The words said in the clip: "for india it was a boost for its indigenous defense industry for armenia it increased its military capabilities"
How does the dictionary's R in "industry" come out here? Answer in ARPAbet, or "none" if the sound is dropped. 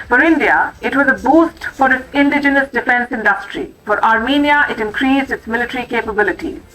R